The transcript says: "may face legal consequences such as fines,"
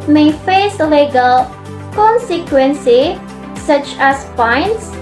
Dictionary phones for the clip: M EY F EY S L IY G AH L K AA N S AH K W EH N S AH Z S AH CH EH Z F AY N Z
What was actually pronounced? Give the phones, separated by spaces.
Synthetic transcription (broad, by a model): M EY F EY S L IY G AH L K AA N S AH K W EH N S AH S AH CH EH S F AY N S